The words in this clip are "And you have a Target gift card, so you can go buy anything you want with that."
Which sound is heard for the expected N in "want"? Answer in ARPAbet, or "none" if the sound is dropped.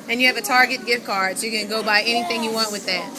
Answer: N